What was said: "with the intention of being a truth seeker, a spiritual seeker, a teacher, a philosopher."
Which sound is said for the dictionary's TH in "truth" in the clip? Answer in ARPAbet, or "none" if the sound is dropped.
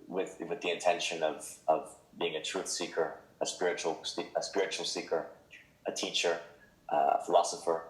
TH